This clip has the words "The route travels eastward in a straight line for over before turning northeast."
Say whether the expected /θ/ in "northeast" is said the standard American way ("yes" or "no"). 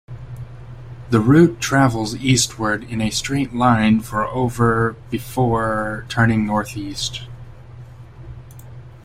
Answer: yes